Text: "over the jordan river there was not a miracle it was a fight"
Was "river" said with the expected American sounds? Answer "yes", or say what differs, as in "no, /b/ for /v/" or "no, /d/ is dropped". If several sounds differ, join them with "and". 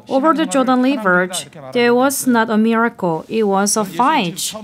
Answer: no, /l/ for /ɹ/